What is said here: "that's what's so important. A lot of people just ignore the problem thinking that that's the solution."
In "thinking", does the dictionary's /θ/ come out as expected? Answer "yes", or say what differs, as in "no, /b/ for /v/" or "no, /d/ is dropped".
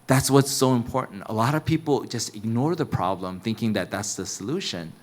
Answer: yes